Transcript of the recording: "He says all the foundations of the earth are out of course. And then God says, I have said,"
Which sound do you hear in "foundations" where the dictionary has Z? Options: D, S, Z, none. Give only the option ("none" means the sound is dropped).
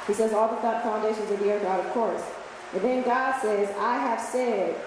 Z